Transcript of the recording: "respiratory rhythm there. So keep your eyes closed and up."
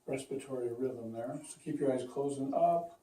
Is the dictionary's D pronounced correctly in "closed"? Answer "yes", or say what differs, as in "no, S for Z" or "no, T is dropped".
no, D is dropped